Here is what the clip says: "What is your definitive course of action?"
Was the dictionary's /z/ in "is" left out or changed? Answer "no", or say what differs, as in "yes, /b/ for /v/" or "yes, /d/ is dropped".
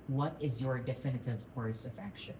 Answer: no